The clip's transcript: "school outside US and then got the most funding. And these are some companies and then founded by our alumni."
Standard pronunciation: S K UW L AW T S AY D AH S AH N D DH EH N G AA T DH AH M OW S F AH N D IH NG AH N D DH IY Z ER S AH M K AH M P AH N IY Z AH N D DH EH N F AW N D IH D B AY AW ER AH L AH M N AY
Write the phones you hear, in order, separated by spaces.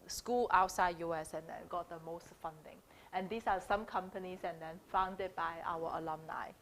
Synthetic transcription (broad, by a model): S K UW L AW T S AY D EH S AH N D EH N G AA T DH AH M OW S F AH N D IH NG AH N D IY S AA S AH M K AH M P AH N IY S AH N D EH N F AW N D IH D B AY AW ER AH L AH M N AY